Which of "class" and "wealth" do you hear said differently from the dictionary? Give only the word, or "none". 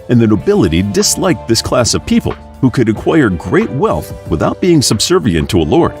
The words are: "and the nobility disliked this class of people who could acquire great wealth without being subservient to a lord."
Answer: none